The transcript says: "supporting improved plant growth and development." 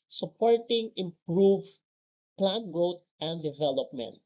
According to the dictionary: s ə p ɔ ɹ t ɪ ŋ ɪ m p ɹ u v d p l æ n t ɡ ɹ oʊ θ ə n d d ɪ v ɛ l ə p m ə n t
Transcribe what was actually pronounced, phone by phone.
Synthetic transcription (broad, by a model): s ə p ɔ ɹ t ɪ ŋ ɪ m p ɹ u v p l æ n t ɡ ɹ oʊ t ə n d d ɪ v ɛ l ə p m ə n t